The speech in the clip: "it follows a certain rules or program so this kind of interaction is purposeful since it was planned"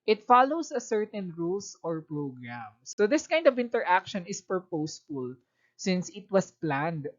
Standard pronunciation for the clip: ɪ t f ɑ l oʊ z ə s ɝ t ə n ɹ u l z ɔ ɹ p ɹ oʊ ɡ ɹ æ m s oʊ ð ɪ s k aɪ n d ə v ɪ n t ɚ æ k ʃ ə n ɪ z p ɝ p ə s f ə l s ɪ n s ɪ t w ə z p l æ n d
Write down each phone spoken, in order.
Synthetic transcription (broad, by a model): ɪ t f ɑ l oʊ s ə s ɝ t ə n ɹ u l s ɔ ɹ p ɹ oʊ ɡ ɹ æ m s oʊ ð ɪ s k aɪ n d ə v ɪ n t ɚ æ k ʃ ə n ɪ s p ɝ p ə s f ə l s ɪ n s ɪ t w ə s p l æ n d